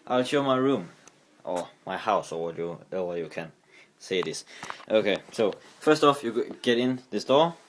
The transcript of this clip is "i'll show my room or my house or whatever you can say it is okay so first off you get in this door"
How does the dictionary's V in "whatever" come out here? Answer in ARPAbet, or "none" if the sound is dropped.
W